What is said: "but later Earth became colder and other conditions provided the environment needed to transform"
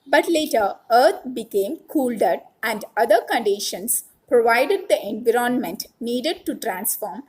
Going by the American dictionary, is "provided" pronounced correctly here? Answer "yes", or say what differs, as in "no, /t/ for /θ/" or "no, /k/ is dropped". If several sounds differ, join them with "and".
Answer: yes